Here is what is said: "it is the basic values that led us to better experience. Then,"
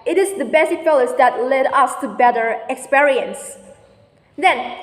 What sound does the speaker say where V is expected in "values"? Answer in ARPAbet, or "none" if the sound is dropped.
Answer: F